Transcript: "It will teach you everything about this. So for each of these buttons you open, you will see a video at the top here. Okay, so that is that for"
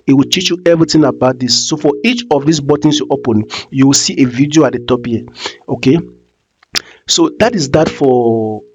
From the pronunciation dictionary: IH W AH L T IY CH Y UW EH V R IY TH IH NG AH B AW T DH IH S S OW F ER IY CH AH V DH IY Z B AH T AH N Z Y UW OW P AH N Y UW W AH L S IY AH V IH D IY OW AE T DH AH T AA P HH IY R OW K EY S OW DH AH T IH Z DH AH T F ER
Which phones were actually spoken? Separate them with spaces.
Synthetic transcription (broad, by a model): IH W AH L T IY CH Y UW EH V R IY T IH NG AH B AW T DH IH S S OW F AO IY CH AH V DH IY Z B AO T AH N S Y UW OW P AH N Y UW W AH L S IY AH V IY D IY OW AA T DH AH T AA P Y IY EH OW K EY S OW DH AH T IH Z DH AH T F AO